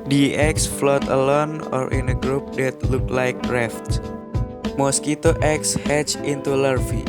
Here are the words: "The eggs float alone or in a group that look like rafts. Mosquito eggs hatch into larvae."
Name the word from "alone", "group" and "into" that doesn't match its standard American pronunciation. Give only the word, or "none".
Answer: none